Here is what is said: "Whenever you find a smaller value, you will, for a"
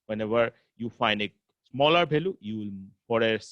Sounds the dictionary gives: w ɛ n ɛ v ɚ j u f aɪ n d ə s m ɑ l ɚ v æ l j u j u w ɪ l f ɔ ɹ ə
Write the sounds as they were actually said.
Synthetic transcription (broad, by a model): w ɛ n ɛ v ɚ j u f aɪ n d ə s m ɑ l ɚ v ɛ l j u j u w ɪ l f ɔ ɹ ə